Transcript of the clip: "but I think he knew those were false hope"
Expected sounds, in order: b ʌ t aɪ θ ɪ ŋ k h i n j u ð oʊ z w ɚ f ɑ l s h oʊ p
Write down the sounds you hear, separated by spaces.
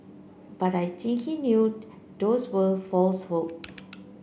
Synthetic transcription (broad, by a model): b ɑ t aɪ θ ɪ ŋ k h i n j u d oʊ s w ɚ f ɑ l s h oʊ p